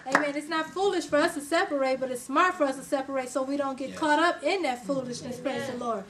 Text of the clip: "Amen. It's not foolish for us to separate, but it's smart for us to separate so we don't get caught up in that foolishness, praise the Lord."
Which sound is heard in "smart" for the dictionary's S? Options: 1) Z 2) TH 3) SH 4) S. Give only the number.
4